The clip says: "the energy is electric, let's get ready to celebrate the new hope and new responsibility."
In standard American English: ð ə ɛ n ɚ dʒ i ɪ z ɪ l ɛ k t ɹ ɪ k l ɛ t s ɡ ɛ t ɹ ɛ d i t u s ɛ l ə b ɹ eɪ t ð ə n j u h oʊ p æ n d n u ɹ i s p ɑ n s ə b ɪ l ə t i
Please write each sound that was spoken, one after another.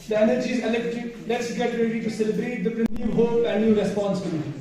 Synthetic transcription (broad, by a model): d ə ɛ n ɚ dʒ i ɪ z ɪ l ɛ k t ɪ l ɛ t s ɡ ɛ t ɹ ɛ d i t u s ɛ l ə b ɹ eɪ t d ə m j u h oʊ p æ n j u ɹ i s p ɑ n s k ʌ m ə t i